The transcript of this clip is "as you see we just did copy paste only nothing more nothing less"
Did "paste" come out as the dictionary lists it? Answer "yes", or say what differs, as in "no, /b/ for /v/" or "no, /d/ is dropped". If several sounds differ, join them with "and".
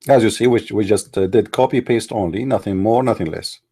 yes